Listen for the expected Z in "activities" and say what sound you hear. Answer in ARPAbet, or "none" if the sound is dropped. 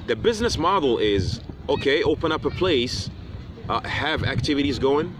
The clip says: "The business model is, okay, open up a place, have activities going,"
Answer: Z